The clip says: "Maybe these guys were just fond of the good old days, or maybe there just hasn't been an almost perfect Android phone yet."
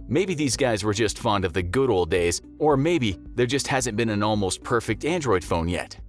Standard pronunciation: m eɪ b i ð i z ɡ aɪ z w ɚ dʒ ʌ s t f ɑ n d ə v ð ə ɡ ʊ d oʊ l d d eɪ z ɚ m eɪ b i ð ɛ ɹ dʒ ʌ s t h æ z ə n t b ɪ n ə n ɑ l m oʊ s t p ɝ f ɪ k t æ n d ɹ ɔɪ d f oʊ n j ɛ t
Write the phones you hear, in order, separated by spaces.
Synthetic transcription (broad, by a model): m eɪ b i ð i z ɡ aɪ z w ɚ dʒ ʌ s t f ɑ n d ə v ð ə ɡ ʊ d oʊ l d d eɪ z ɚ m eɪ b i ð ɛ ɹ dʒ ʌ s t h æ z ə n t b ɪ n ə n ɑ l m oʊ s t p ɝ f ɪ k t æ n d ɹ ɔɪ d f oʊ n j ɛ t